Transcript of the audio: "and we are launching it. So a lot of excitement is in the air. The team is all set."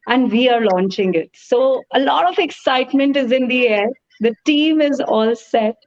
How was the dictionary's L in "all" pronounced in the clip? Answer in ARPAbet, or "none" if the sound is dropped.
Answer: L